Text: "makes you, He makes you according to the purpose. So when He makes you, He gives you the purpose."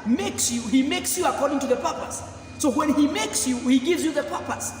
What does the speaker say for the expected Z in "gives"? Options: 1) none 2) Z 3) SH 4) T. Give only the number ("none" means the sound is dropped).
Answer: 2